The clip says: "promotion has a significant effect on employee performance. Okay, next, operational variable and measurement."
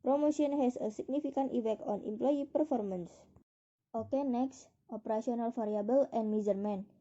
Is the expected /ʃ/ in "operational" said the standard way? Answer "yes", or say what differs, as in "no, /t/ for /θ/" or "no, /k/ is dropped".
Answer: no, /s/ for /ʃ/